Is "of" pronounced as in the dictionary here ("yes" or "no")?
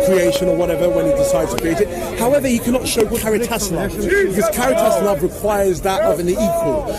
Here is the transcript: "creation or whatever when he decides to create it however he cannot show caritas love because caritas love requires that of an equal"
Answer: yes